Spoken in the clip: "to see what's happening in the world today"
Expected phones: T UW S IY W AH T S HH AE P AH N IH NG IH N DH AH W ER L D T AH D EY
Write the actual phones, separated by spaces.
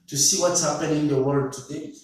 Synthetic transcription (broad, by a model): T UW S IY W AH T S HH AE P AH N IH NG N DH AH W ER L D T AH D EY